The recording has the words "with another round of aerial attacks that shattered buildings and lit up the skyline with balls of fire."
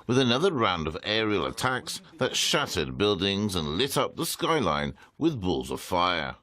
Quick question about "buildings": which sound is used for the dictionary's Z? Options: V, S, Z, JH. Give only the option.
Z